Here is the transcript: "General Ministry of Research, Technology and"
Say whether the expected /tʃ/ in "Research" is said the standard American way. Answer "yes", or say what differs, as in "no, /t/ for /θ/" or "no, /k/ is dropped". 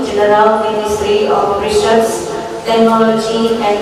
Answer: no, /s/ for /tʃ/